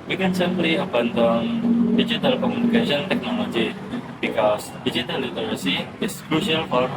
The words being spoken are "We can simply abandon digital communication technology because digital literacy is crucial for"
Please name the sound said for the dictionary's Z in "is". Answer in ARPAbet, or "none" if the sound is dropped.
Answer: S